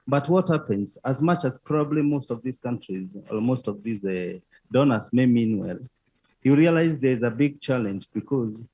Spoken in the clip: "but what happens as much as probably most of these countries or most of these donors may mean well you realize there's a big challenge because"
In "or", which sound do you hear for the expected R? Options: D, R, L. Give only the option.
L